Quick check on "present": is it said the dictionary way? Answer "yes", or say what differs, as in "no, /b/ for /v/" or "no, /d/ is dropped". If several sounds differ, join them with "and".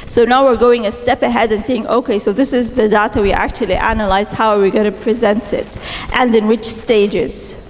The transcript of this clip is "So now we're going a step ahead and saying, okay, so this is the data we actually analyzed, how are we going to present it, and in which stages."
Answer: yes